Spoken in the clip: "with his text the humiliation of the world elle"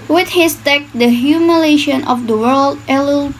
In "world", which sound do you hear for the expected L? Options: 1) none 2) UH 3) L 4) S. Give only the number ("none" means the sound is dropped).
3